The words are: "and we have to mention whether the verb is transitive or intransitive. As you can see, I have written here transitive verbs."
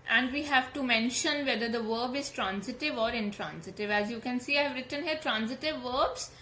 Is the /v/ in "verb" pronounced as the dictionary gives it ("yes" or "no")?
yes